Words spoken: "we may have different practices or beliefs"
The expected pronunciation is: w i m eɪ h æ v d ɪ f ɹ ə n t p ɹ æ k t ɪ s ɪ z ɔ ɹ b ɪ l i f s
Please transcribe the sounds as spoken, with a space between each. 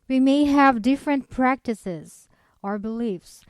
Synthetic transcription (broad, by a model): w i m eɪ h æ v d ɪ f ɹ ə n t p ɹ æ k t ɪ s ɪ z ɔ ɹ b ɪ l i f s